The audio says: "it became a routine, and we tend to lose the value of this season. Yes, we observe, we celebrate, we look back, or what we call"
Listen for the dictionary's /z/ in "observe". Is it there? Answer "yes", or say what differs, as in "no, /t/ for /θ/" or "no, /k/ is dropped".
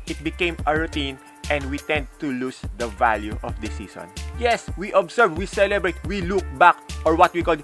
no, /s/ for /z/